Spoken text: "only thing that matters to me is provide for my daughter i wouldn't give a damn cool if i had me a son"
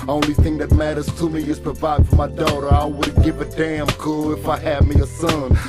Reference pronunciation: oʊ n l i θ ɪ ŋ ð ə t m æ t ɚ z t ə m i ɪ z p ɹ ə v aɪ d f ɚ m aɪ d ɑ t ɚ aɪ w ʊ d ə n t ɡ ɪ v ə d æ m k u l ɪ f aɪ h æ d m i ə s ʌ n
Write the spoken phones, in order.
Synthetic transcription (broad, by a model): oʊ n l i θ ɪ ŋ ð ə t m æ t ɚ z t ə m i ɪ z p ɹ ə v aɪ d f ɚ m aɪ d ɑ t ɚ aɪ w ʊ d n ɡ ɪ v ə d æ m k u l ɪ f aɪ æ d m i ə s ʌ n